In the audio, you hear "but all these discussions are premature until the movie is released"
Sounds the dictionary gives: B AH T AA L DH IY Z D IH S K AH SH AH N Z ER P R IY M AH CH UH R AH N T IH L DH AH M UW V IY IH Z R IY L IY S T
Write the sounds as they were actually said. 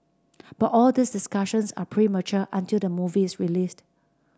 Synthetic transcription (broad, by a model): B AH T AA L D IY S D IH S K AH SH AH N S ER P R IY M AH CH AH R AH N T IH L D AH M UW V IY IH S R IY L IY S T